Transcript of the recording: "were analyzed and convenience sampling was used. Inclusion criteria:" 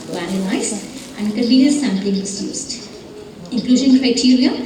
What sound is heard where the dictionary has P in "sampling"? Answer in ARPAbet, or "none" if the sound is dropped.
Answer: P